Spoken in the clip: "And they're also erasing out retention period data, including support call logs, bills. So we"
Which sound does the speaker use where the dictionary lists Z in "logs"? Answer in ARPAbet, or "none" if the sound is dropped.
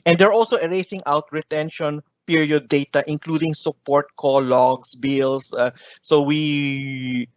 S